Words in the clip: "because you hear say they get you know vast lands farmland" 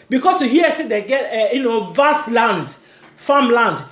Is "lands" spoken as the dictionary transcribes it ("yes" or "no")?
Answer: no